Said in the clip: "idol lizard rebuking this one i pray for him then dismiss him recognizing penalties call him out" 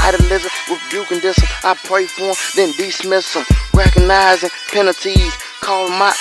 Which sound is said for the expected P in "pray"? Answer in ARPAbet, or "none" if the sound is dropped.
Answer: P